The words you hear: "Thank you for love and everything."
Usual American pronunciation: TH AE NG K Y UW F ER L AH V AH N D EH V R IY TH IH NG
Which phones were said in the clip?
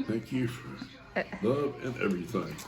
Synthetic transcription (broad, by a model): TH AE NG K Y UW F ER L AH V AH N EH V R IY TH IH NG